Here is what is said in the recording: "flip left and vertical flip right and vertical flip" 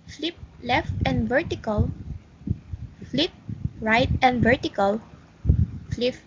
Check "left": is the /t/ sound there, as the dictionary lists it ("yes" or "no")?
yes